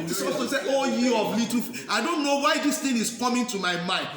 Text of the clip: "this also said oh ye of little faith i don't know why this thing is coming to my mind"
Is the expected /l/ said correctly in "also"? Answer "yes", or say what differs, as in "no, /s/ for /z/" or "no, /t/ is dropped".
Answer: no, /l/ is dropped